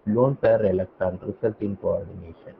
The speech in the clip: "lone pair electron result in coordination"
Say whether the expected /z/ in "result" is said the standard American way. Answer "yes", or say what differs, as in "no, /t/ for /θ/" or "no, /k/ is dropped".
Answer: no, /s/ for /z/